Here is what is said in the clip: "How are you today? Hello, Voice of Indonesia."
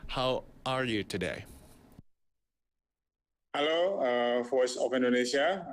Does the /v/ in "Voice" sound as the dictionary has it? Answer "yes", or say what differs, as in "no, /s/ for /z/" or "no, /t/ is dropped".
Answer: no, /f/ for /v/